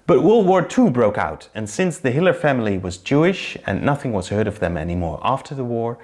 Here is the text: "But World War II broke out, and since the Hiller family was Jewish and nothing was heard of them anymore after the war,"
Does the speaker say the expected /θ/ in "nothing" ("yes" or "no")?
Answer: yes